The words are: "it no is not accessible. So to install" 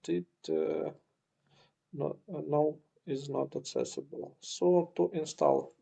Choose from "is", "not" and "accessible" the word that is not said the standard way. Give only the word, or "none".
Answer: none